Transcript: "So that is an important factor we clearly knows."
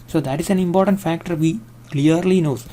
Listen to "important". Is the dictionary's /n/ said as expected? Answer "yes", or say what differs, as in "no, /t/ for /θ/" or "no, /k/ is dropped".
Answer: yes